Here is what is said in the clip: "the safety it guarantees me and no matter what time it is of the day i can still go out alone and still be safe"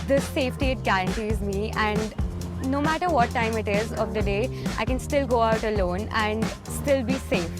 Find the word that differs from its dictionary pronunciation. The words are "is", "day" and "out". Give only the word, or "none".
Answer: none